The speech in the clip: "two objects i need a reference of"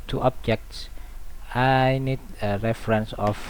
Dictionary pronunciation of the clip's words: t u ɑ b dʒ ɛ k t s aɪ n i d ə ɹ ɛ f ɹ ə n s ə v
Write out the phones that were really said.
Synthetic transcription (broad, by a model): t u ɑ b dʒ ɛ k t s aɪ n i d ə ɹ ɛ f ɹ ə n s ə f